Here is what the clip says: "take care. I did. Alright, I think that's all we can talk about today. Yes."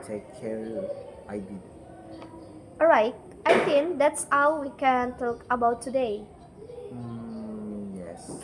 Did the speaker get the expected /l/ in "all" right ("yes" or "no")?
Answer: no